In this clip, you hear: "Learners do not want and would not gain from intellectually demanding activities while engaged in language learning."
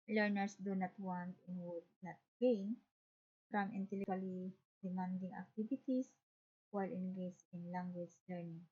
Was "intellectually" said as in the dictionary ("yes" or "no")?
no